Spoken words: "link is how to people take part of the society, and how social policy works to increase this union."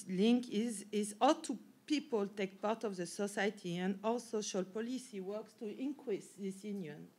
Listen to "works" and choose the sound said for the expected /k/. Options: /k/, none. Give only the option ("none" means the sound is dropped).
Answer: /k/